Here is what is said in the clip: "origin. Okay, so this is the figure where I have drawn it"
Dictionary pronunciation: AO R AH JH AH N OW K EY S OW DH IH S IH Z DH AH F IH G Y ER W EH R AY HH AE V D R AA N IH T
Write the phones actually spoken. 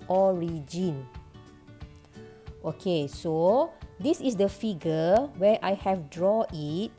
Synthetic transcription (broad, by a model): AO R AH JH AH N OW K EY S OW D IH S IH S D AH F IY G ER W EH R AY HH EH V D R AA IH T